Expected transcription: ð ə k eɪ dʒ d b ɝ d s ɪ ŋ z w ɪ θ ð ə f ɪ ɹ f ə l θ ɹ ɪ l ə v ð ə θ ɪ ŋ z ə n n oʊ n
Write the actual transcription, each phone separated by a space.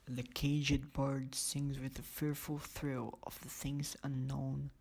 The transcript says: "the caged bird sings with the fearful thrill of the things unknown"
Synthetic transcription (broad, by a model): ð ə k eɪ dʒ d b ɝ d s ɪ ŋ z w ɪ ð ə f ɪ ɹ f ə l θ ɹ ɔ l ə v ð ə θ ɪ ŋ z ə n n oʊ n